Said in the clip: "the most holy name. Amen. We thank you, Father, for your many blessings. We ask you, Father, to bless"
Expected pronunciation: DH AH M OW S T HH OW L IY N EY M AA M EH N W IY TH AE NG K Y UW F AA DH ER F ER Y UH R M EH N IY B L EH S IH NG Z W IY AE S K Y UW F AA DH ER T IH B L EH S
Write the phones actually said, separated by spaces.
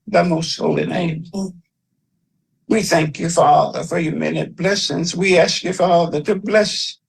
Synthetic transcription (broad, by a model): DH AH M OW S T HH OW L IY N EY AA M W IY TH AE NG K Y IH F AA DH ER F ER Y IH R M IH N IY B L EH S IH NG Z W IY AE S K Y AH F AA DH ER T IH B L EH S